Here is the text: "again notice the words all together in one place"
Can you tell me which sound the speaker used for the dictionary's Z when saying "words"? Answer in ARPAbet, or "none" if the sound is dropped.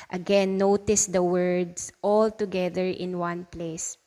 S